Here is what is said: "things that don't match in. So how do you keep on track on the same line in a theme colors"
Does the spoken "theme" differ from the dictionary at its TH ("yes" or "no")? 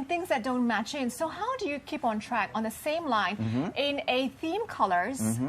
no